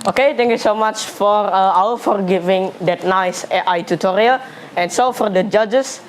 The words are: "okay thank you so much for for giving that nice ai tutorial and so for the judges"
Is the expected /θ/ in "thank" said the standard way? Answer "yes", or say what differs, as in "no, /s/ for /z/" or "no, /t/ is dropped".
no, /t/ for /θ/